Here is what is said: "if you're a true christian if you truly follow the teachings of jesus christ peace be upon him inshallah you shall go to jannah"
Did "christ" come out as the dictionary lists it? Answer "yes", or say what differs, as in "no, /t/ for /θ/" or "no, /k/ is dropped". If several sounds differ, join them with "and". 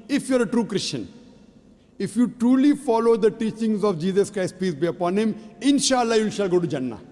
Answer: yes